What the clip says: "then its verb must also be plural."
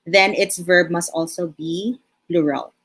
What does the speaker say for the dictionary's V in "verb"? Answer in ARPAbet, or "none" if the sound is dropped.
V